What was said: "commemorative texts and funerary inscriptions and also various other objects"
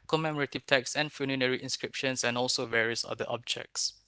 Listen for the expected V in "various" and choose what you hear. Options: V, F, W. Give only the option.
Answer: V